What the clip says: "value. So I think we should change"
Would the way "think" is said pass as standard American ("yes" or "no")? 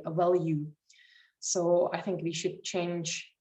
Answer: yes